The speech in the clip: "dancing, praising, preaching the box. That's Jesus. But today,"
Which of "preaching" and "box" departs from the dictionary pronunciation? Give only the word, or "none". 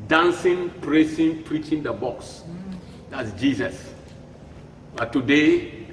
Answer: none